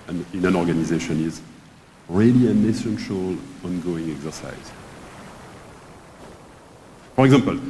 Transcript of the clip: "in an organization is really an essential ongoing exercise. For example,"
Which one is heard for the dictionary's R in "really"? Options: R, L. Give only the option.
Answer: R